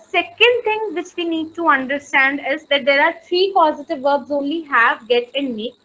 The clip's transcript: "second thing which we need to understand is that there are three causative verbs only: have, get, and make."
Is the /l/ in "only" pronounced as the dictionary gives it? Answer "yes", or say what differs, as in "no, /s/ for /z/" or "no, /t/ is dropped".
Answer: yes